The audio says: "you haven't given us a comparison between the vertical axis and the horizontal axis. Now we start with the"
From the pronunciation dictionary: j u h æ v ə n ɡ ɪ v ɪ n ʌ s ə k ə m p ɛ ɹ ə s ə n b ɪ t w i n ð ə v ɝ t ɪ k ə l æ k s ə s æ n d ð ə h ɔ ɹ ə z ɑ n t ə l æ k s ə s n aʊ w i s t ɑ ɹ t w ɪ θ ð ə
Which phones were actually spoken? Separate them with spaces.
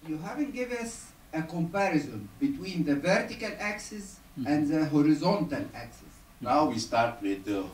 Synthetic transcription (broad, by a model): j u h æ v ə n ɡ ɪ v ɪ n ʌ s ə k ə m p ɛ ɹ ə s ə n b ɪ t w i n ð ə v ɝ t ɪ k ə l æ k s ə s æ n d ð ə h ɔ ɹ ə z ɑ n t ə l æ k s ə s n aʊ w i s t ɑ ɹ t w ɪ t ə